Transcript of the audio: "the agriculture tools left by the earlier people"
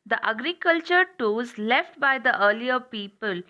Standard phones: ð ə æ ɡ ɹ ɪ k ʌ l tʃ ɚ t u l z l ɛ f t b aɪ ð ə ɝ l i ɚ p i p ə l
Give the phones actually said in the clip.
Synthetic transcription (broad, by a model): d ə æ ɡ ɹ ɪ k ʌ l tʃ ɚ t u z l ɛ f t b aɪ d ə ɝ l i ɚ p i p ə l